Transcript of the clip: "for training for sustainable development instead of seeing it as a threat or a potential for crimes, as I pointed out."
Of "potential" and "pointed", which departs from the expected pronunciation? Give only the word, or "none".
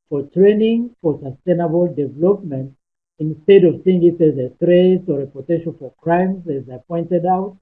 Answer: potential